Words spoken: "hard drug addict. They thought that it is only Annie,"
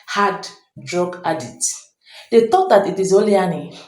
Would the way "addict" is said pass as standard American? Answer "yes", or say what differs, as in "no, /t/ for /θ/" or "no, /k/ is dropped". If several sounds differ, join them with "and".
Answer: no, /k/ is dropped